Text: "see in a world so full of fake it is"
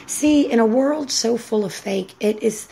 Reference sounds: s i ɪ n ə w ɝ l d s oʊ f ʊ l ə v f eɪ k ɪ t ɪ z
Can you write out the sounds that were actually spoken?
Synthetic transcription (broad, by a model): s i ɪ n ə w ɝ l d s oʊ f ʊ l ə v f eɪ k ɪ t ɪ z